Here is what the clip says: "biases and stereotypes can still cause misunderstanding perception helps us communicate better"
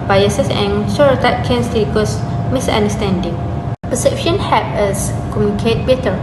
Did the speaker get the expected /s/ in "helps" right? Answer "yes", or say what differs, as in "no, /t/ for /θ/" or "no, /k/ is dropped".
no, /s/ is dropped